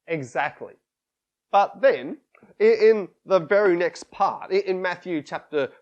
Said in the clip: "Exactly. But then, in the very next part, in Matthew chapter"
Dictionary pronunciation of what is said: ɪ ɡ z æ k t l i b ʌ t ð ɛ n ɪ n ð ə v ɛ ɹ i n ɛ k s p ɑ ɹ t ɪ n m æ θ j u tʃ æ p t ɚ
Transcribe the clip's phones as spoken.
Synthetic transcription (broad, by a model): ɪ ɡ z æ k t l i b ʌ t ð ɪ n ɪ n ð ə v ɛ ɹ i n ɛ k s p ɑ ɹ t ɪ n m æ θ j u tʃ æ p t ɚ